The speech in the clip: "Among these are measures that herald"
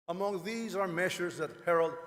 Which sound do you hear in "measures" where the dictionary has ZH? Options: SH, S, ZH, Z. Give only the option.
SH